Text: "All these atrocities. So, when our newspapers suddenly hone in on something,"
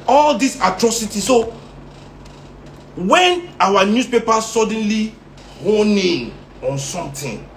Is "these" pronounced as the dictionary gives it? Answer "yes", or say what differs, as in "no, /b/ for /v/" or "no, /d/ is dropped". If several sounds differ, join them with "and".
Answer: no, /s/ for /z/